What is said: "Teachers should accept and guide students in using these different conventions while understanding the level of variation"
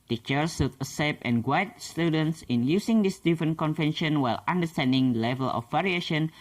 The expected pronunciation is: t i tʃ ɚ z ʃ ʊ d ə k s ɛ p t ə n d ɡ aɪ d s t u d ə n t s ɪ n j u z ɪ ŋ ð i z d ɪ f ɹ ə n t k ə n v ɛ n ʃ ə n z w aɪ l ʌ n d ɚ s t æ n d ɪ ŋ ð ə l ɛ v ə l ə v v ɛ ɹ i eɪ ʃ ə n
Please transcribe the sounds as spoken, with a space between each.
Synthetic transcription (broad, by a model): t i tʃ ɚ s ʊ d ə s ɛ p ə n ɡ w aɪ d s t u d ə n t s ɪ n j u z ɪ ŋ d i s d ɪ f ɹ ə n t k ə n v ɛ n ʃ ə n w aɪ l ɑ n d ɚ s t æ n d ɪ ŋ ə l ɛ v ə l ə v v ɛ ɹ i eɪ ʃ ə n